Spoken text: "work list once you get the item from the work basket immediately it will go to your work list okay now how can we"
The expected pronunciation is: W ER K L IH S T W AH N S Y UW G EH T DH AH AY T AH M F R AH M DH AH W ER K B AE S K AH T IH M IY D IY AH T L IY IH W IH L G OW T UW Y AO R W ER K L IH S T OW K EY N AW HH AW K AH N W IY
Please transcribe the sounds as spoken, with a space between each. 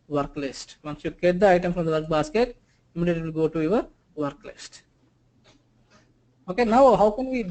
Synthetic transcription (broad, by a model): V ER K L IH S T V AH N S Y UW G EH T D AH AY T AH M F R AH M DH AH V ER K B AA S K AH T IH M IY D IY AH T IY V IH L G OW T UW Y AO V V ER K L IH S T OW K EY N AW HH AW K AH N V IY